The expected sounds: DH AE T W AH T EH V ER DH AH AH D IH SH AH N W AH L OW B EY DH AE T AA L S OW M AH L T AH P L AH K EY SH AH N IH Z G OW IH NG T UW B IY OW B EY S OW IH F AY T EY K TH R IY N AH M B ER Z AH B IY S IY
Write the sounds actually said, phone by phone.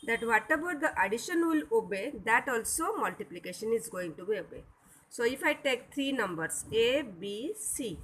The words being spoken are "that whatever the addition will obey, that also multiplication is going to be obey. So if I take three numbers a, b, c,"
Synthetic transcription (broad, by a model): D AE T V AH T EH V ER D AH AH D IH SH AH N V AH L OW B EY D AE T AA L S OW M AH L T AH P L AH K EY SH AH N IH Z G OW IH NG T UW B IY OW B EY S OW IH F AY T EY K T R IY N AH M B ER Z AH B IY S IY